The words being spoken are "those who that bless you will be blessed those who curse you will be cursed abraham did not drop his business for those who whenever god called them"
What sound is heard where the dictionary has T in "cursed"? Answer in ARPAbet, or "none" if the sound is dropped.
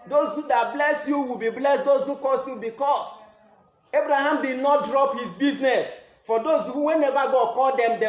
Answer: none